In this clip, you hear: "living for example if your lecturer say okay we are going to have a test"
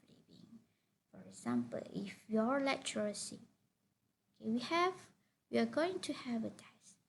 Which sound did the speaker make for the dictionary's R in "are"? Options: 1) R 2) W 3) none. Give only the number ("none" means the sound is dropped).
2